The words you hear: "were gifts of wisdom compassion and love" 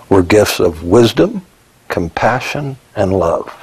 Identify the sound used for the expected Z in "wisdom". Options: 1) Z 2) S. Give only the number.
1